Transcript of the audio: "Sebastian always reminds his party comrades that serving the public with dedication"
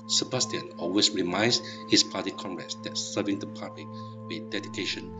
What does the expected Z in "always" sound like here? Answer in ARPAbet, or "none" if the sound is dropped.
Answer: S